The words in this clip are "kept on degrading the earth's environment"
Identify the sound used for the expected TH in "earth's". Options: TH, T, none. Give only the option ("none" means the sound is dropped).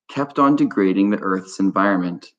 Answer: TH